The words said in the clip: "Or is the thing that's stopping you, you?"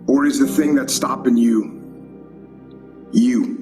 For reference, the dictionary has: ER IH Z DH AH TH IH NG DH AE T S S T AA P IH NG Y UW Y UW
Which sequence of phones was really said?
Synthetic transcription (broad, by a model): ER IH Z DH AH TH IH NG DH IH T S S T AA P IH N Y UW Y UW